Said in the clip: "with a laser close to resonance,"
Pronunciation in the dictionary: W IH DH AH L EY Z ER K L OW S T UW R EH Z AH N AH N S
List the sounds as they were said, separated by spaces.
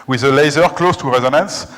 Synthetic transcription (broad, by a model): W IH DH AH L EY Z ER K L OW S T UW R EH Z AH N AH N S